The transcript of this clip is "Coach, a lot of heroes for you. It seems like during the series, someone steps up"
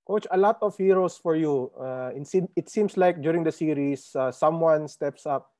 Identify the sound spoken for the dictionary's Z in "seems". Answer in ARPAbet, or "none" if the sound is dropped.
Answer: S